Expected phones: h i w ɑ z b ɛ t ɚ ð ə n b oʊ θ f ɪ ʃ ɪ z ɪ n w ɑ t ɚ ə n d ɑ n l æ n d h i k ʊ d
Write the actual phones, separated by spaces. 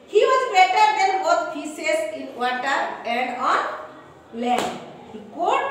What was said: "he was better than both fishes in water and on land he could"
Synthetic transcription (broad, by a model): h i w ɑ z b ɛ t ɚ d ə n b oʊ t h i s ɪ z ɪ n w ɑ t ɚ ə n d ɑ n l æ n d h i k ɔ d